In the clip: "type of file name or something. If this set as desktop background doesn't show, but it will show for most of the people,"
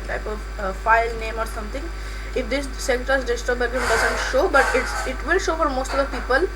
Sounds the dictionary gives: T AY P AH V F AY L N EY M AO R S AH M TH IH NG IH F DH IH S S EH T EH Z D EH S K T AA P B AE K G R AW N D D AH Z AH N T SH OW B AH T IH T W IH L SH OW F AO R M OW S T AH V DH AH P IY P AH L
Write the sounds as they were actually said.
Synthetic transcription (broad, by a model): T AY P AH V F AY L N EY M AO R S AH M T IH NG IH F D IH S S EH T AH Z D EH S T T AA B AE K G IH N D D AH Z AH N T SH OW B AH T IH T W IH L SH OW F AO R M OW S T AH V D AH P IY P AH L